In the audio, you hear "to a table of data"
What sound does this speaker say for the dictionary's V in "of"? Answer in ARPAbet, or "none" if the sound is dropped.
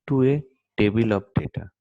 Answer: P